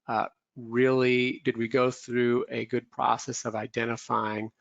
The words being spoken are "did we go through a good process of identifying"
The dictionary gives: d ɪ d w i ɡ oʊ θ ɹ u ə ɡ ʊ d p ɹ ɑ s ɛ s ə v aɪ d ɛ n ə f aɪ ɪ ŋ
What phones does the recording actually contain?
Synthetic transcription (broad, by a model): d ɪ d w i ɡ oʊ θ ɹ u ə ɡ ʊ d p ɹ ɑ s ɛ s ə v aɪ d ɛ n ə f aɪ ɪ ŋ